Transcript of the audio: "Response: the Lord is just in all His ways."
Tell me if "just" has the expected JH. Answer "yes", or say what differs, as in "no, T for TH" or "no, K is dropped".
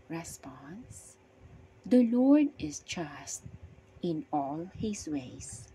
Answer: no, CH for JH